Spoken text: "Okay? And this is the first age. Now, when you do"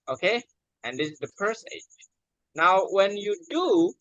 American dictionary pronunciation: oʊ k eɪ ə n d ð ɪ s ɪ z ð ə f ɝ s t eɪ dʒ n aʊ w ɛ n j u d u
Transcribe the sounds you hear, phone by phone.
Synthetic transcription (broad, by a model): oʊ k eɪ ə n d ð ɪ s ɪ z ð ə p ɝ s eɪ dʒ n aʊ w ɛ n j u d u